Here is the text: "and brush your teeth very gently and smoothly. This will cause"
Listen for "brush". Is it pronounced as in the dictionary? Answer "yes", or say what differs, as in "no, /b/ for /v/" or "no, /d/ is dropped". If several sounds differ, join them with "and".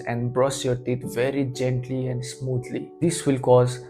no, /s/ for /ʃ/